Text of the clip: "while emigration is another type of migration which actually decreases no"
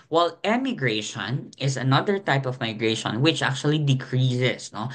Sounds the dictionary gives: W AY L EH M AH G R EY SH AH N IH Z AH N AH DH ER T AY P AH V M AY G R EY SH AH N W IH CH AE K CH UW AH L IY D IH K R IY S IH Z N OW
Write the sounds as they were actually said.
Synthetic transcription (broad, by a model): W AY L EH M AH G R EY SH AH N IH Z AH N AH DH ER T AY P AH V M AY G R EY SH AH N W IH CH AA K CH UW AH L IY D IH K R IY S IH S N OW